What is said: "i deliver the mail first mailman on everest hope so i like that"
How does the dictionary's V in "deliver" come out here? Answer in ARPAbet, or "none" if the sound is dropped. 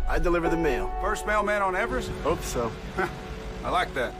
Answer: V